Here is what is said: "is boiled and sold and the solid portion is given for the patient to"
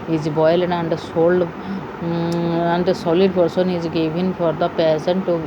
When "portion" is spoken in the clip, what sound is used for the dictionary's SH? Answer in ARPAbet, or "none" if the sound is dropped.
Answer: S